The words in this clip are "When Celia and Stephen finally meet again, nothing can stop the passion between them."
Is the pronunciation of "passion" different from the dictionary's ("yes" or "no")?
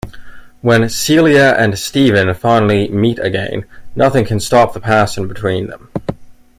yes